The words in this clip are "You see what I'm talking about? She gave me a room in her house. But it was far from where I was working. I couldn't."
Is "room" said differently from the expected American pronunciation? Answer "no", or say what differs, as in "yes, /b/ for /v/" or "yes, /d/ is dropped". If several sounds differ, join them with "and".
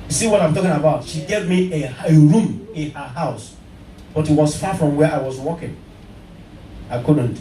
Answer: no